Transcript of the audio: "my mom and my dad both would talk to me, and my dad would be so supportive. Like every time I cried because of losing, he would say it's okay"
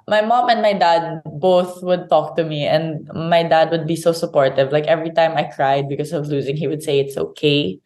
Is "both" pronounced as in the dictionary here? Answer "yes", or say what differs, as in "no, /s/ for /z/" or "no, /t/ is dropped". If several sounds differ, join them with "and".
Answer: yes